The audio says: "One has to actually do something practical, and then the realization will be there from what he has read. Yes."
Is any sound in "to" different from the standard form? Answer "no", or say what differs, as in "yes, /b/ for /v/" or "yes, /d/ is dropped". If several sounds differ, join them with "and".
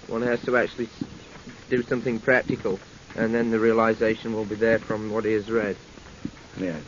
no